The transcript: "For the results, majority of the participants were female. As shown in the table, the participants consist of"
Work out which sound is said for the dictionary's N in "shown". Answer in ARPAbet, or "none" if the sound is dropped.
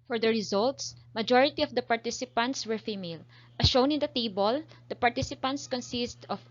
N